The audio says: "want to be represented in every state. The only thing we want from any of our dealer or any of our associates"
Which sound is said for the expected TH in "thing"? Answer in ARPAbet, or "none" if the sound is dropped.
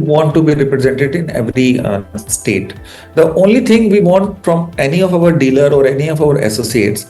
T